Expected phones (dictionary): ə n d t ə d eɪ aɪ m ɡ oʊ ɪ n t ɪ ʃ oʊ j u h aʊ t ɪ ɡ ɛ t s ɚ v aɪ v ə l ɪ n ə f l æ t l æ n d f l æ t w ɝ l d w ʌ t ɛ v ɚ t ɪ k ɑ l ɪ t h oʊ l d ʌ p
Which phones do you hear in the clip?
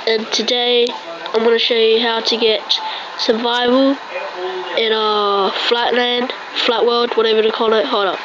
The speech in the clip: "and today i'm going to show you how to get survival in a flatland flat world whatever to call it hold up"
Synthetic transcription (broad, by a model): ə n t ə d eɪ aɪ m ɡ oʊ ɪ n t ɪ ʃ oʊ j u h aʊ t ɪ ɡ ɛ t s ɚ v aɪ v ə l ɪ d ə f l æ t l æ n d f l æ t w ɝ l d w ʌ t ɛ v ɚ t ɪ k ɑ l ɪ t h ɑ d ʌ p